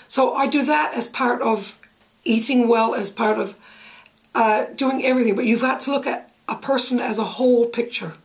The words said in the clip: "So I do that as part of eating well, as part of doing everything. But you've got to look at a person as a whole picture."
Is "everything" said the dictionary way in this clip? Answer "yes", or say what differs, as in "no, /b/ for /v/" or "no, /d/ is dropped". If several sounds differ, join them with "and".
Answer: yes